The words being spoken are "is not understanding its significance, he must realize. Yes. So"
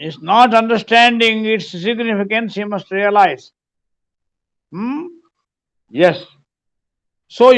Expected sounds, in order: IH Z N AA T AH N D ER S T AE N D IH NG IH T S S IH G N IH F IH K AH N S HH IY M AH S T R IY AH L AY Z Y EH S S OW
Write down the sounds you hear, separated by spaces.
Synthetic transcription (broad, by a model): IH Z N AA T AH N D ER S T AE N D IH NG IH T S S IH G N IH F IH K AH N S HH IY M AH S T R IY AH L AY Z Y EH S S OW